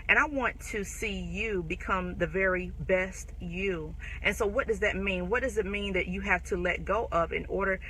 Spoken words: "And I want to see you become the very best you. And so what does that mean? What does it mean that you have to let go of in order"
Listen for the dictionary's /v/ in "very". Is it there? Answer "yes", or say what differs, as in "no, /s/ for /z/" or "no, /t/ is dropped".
yes